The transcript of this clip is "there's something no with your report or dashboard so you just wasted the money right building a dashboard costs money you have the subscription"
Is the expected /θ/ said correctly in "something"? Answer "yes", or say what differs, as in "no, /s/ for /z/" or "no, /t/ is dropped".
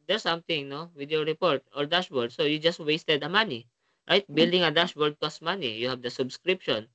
no, /t/ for /θ/